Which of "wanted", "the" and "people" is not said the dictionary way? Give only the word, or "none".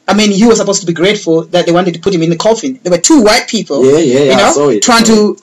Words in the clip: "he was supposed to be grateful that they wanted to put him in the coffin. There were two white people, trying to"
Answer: people